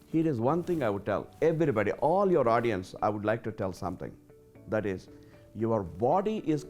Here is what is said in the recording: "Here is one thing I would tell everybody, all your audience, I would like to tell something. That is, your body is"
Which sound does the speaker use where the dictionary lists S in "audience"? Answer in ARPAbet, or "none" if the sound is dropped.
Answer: S